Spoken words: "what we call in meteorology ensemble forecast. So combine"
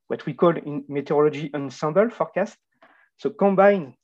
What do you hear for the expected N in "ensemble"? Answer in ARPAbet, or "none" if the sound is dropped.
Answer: N